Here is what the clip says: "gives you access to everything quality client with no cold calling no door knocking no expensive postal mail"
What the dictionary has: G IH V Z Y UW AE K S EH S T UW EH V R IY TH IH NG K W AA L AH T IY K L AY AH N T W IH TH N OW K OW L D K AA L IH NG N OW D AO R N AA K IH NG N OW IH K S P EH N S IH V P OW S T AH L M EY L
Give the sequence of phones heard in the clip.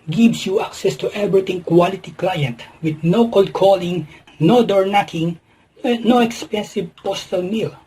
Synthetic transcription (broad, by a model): G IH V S Y UW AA K S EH S T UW EH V R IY T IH NG K W AA L AH T IY K L AY AH N T W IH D N OW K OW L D K AA L IH NG N OW D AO R N AA K IH NG N OW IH K S P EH N S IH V P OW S T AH L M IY L